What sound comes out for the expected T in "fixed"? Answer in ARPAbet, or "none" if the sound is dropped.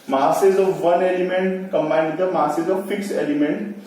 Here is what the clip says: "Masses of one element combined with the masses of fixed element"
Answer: none